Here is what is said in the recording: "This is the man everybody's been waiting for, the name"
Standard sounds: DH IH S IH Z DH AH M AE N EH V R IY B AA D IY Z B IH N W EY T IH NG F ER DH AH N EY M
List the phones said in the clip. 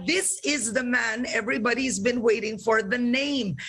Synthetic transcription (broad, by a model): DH IH S IH Z DH AH M AE N EH V R IY B AA D IY Z B IH N W EY T IH NG F ER DH AH N EY M